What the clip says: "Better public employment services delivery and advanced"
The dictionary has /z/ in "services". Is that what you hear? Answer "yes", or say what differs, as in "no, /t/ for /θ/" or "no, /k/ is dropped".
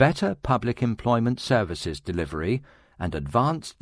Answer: yes